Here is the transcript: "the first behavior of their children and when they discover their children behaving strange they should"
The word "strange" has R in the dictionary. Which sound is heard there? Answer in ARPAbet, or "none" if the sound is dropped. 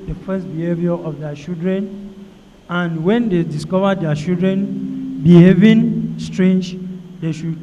R